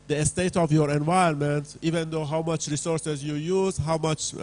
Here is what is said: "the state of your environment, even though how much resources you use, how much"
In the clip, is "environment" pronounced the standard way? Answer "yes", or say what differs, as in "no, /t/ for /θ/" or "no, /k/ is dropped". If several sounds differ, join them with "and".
no, /ɹ/ is dropped